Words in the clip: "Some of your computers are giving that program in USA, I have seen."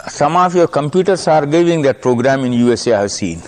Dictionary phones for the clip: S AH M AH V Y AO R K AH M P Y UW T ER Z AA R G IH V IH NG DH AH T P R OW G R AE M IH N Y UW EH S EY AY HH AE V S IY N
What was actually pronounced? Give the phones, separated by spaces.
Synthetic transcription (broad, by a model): S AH M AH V Y AO R K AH M P Y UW T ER S AA R G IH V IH NG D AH T P R OW G R AE M IH N Y UW EH S EY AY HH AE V S IY N